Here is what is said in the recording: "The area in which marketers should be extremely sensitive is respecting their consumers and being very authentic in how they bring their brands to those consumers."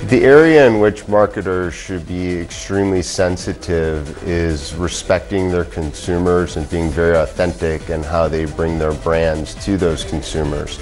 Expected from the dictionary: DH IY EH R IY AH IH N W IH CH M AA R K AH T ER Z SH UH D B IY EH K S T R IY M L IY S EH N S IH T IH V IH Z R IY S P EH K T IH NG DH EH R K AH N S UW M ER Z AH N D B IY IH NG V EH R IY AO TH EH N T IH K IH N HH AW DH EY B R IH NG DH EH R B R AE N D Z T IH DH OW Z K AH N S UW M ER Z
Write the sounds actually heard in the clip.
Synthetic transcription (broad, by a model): DH IY EH R IY AH IH N W IH CH M AA R K AH T ER Z SH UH D B IY EH K S T R IY M L IY S EH N S IH T IH V IH Z R IY S P EH K T IH NG DH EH R K AH N S UW M ER Z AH N B IY IH NG V EH R IY AO TH EH N T IH K IH N HH AW DH EY B R IH NG DH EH R B R AE N D Z T IH DH OW Z K N S UW M ER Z